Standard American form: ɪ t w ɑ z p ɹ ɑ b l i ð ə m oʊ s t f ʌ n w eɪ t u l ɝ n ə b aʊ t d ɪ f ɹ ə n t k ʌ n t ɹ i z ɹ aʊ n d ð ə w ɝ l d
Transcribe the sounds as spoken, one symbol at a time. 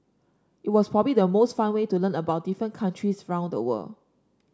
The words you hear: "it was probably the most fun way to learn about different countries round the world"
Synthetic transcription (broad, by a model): ɪ t w ɑ s p ɹ ɑ b l i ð ə m oʊ s t f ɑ n w eɪ t u l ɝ n ə b aʊ t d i f ɹ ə n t k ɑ n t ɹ i s ɹ aʊ n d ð ə w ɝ l